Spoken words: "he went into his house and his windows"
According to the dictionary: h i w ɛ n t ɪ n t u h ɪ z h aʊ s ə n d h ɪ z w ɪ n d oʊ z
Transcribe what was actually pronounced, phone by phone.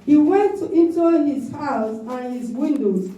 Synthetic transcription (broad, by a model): h i w ɛ n t ɪ n t u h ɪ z h aʊ s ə n h ɪ z w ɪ n d oʊ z